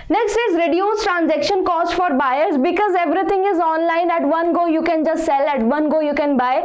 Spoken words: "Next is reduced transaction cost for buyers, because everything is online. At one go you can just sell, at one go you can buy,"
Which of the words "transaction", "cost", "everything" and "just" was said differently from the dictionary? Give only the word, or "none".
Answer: everything